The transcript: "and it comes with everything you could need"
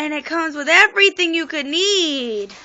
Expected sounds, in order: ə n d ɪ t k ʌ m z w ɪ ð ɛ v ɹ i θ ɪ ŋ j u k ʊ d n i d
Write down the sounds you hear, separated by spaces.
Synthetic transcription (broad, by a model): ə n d ɪ t k ʌ m z w ɪ ð ɛ v ɹ i θ ɪ ŋ j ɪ k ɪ d n i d